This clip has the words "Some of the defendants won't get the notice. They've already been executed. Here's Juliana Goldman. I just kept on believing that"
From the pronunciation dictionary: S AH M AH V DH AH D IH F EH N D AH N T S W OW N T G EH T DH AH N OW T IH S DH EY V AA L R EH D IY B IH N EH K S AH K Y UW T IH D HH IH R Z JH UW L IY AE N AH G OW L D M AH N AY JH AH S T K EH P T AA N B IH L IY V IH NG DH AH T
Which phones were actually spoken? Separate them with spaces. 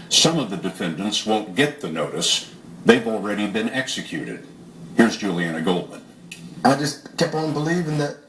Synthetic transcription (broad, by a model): S AH M AH V DH AH D IH F EH N D AH N T S W OW N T G EH T DH AH N OW T IH S DH EY V L R EH D IY B IH N EH K S AH K Y UW T IH D HH IH R Z JH UW L IY AE N AH G OW L D M AH N AY JH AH S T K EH P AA N B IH L IY V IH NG DH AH T